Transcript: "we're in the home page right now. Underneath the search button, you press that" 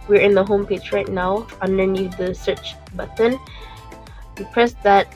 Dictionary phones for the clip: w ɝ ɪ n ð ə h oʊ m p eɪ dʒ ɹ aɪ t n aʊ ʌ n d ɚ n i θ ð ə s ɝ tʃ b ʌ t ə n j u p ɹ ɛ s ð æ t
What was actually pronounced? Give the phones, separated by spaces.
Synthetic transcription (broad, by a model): w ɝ ɪ n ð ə h oʊ m p eɪ dʒ ɹ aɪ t n aʊ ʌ n d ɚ n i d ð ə s ɝ tʃ b ʌ t ə n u p ɹ ɛ s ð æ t